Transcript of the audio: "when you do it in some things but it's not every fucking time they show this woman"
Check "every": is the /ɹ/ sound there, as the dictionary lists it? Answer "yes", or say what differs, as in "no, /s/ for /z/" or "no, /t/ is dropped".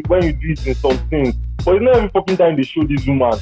no, /ɹ/ is dropped